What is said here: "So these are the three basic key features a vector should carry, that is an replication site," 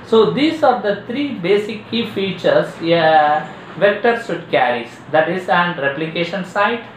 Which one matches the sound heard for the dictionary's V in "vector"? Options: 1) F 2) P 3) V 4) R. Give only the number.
3